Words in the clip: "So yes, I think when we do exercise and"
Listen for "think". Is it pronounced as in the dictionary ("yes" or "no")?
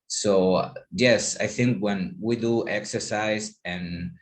yes